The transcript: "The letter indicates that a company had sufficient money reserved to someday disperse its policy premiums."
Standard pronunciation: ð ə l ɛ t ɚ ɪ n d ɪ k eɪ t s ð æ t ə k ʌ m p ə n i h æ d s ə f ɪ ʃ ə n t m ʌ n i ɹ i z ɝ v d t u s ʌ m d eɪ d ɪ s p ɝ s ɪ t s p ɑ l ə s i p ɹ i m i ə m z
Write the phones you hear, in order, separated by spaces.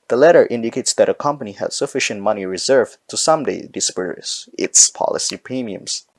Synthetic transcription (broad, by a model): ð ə l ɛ t ɚ ɪ n d ɪ k eɪ t s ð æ t ə k ʌ m p ə n i h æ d s ə f ɪ ʃ ə n t m ʌ n i ɹ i z ɝ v t u s ʌ m d eɪ d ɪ s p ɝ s ɪ t s p ɑ l ə s i p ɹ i m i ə m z